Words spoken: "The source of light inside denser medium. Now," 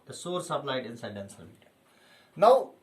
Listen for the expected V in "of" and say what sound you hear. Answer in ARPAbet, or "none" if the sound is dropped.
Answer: B